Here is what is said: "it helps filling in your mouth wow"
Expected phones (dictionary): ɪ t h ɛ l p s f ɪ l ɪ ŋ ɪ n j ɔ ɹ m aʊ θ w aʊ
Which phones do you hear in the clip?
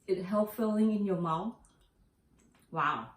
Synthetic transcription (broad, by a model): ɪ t h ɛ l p f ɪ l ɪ ŋ ɪ n j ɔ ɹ m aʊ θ w aʊ